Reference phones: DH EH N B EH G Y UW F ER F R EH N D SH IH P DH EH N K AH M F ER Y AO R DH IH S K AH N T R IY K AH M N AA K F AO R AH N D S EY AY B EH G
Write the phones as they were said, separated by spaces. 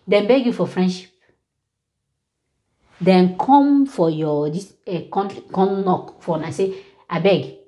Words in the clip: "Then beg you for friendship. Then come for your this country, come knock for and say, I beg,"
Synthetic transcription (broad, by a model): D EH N B EH G Y UW F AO F R EH N D SH IH P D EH N K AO M F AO Y AO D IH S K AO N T IY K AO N N AA K F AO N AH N S EY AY B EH G